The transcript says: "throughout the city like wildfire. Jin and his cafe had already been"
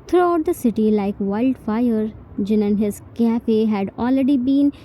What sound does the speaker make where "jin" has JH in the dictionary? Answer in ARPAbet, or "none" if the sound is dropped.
JH